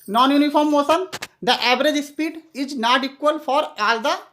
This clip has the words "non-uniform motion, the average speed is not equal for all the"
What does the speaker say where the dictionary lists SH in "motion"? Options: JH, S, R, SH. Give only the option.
S